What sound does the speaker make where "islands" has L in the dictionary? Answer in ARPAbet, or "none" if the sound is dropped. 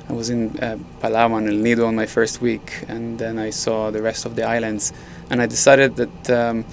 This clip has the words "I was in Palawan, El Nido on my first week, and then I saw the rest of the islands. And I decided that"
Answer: L